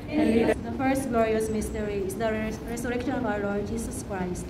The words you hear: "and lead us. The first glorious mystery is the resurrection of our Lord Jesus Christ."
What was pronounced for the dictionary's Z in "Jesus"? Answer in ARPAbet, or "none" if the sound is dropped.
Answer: S